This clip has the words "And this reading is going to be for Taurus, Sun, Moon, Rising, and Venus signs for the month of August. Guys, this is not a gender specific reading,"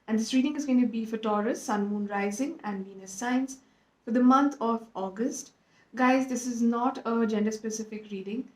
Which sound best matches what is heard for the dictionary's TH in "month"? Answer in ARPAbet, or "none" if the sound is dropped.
T